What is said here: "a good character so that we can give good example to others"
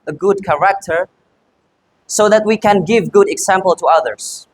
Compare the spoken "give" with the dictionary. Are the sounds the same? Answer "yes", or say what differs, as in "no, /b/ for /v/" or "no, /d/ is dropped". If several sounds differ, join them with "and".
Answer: yes